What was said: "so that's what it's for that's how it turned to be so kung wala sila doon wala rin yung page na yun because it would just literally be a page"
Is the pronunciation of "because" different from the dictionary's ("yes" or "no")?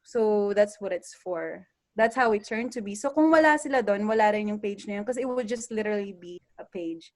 yes